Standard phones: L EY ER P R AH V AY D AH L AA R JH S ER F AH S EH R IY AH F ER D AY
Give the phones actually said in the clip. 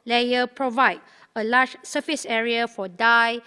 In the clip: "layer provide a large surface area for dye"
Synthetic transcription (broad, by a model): L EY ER P R AH V AY D AH L AA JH S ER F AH S EH R IY AH F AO D AY